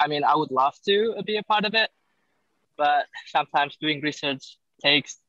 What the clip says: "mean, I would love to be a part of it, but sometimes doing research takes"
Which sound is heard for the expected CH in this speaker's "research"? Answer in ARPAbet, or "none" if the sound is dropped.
CH